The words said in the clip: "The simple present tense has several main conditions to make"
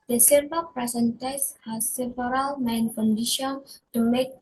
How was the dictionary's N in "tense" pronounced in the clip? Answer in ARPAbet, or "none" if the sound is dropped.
none